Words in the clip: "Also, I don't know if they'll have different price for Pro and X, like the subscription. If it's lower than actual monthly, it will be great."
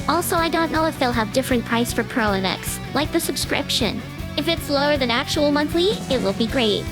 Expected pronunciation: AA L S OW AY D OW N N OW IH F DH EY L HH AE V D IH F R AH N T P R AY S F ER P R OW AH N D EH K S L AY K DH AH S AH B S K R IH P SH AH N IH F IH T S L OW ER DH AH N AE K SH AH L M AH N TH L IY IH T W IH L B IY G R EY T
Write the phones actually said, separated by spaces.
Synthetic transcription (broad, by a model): AA L S OW AY D OW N N OW IH F DH EY L HH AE V D IH F R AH N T P R AY S F ER P R OW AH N EH K S L AY K DH AH S AH B S K R IH P SH AH N IH F IH T S L OW ER DH AH N AE K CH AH L M AH N TH L IY IH T W IH L B IY G R EY T